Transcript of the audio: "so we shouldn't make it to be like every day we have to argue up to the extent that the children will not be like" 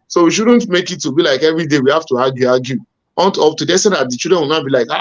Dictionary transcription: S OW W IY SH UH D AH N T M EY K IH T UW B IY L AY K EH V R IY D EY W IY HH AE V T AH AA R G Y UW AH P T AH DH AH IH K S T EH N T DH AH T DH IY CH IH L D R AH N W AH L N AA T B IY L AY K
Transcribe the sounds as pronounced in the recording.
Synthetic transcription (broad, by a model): S OW W IY SH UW D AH N T M EY K IH T UW B IY L AY K EH V R IY D EY W IY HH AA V T AH AA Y G Y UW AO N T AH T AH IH S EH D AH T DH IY CH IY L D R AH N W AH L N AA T B IY L AY K